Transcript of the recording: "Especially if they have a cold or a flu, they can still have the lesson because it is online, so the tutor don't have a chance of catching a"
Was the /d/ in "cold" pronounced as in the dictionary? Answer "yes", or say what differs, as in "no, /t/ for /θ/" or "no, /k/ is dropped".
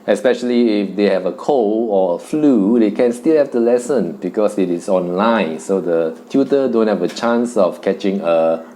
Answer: no, /d/ is dropped